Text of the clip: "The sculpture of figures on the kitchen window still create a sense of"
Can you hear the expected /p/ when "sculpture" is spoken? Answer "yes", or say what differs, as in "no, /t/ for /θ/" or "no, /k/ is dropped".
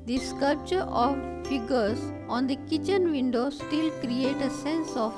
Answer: yes